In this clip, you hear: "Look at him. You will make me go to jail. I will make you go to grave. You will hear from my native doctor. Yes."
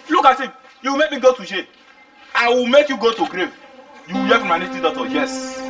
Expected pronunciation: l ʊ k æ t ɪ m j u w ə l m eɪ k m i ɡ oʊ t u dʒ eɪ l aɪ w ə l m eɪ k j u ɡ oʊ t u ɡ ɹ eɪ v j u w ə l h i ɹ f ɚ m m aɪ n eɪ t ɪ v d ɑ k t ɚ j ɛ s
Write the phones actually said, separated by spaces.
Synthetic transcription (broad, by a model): l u k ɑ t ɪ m j u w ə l m eɪ k m i ɡ oʊ t u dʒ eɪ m aɪ w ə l m eɪ k j u ɡ oʊ t u ɡ ɹ eɪ v j u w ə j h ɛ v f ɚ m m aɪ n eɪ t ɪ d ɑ t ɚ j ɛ s